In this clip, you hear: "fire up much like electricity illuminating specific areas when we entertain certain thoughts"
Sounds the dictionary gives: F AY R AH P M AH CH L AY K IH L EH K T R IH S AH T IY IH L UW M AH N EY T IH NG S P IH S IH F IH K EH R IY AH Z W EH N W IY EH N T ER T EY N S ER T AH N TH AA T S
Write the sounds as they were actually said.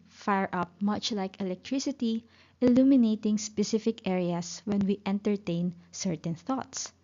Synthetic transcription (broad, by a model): F AY R AH P M AH CH L AY K IH L EH K T R IH S AH T IY IH L UW M AH N EY T IH NG S P IH S IH F IH K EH R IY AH S W EH N W IY EH N T ER T EY N S ER T AH N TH AA T S